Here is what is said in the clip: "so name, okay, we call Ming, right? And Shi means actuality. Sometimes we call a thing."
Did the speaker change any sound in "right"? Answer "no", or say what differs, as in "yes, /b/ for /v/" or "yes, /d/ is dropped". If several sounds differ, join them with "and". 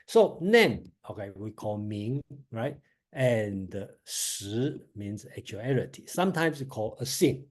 no